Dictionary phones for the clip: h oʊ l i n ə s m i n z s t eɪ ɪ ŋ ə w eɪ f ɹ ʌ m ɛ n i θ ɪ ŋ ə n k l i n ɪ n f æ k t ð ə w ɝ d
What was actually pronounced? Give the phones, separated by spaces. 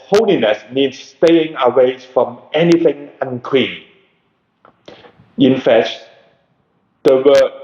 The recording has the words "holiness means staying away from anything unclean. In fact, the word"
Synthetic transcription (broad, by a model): h oʊ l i n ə s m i n s t eɪ ɪ ŋ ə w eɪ f ɹ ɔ m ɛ n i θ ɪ ŋ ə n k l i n ɪ n f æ t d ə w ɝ